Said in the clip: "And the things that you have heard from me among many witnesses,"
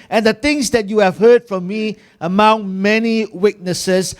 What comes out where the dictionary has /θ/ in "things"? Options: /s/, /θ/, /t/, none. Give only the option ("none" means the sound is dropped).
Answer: /t/